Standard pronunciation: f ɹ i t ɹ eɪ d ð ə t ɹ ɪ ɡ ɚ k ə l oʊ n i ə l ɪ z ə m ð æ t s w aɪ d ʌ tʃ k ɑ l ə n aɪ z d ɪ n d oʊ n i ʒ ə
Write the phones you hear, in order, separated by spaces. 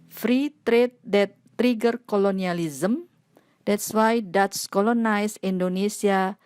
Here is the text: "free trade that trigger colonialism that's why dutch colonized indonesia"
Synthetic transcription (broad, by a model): f ɹ i t ɹ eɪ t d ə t ɹ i ɡ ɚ k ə l oʊ n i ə l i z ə m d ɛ t s w aɪ d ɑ s k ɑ l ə n aɪ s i n d oʊ n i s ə